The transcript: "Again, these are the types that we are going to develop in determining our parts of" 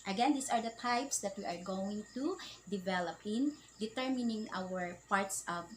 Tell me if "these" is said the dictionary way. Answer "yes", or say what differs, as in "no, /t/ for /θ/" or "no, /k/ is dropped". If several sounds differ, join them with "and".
no, /s/ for /z/